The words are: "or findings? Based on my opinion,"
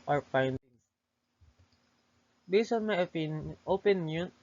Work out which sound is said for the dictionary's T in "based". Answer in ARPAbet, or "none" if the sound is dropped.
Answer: none